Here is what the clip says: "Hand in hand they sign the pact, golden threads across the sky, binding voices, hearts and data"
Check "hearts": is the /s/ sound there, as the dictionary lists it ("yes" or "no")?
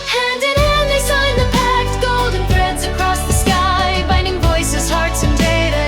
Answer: yes